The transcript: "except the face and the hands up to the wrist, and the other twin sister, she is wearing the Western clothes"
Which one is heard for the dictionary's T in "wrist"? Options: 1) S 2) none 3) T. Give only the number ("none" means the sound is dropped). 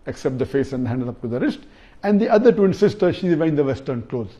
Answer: 3